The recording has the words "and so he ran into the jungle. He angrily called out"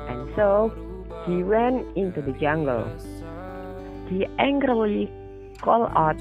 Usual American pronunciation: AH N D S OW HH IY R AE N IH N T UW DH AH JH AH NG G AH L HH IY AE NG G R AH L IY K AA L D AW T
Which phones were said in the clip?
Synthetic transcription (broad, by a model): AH N S OW HH IY W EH N IH N T UW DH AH JH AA NG G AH L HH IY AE NG G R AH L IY K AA L AW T